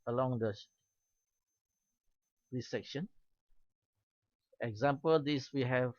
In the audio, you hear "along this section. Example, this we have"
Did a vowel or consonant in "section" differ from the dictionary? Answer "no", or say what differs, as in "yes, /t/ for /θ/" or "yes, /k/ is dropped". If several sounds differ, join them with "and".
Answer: no